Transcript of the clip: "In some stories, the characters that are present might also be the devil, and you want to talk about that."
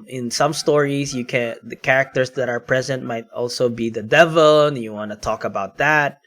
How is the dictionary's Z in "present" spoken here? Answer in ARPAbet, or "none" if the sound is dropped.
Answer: Z